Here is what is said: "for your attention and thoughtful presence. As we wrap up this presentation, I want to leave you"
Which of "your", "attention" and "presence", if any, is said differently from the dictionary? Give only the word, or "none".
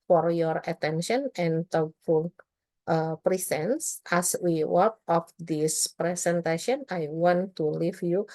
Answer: presence